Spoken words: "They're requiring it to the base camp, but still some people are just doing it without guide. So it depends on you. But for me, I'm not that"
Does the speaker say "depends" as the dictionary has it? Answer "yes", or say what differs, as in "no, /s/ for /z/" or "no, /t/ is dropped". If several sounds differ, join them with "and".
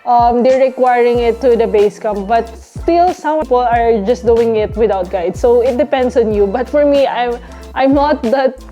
no, /s/ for /z/